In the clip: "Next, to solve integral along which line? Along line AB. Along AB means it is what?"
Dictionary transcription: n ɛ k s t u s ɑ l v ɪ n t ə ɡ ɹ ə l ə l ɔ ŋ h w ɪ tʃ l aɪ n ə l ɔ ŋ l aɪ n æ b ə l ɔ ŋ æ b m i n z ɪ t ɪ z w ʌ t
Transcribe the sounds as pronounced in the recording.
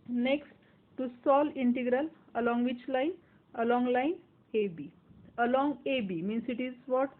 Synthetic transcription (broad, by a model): n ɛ k s t u s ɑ l i n t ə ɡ ɹ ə l ə l ɔ ŋ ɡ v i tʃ l aɪ n ə l ɔ ŋ l aɪ n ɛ b ə l ɔ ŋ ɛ b m i n s ɪ t ɪ z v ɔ t